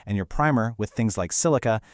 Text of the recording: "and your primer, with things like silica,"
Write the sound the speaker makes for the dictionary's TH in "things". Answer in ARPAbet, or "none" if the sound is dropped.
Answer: TH